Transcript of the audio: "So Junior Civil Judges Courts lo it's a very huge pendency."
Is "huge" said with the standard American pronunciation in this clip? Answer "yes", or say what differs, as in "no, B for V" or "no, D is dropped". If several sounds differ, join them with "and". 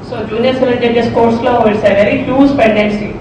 no, Z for JH